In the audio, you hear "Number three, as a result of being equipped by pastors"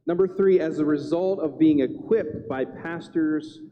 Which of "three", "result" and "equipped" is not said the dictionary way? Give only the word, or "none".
none